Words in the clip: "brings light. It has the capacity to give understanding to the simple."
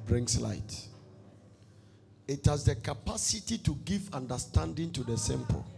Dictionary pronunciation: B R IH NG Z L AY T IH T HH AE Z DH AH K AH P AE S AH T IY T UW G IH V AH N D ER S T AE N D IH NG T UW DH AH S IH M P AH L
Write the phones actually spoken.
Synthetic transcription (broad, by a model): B R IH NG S L AY T IH T HH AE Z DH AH K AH P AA S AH T IY T UW G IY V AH N D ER S T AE N D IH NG T UW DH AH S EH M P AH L